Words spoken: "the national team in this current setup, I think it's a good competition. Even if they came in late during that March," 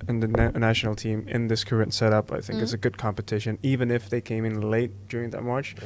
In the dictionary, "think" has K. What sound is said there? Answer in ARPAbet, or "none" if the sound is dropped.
K